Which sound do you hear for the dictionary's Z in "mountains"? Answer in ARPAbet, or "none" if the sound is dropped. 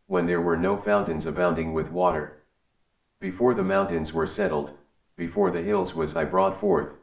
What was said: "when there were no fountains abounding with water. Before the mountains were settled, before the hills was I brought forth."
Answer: Z